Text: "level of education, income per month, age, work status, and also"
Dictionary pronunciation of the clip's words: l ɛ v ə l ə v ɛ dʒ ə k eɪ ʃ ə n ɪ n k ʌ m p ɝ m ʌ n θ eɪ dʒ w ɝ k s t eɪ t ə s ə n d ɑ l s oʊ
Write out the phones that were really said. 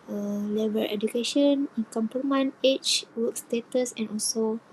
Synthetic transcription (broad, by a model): l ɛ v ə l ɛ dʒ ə k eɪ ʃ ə n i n k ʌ m p ɝ m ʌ n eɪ tʃ w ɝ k s t eɪ t ə s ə n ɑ l s oʊ